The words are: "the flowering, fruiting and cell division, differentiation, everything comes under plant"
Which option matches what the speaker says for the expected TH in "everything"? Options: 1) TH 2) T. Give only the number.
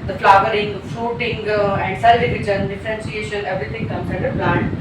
2